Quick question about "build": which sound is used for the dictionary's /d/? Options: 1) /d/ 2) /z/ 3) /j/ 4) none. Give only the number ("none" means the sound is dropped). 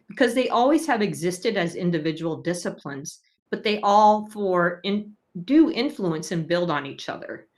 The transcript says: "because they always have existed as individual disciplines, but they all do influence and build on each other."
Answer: 1